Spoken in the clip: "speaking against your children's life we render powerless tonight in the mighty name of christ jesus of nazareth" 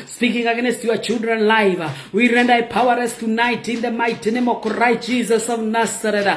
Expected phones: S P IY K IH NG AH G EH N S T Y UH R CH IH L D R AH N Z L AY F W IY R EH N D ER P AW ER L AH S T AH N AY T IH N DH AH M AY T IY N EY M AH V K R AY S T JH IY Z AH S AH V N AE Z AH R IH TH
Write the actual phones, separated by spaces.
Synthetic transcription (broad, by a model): S P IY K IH NG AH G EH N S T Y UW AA CH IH L D R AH N L AY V W IY R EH N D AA P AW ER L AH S T AH N AY T IH N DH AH M AY T IY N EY M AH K R AY T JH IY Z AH S AH V N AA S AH R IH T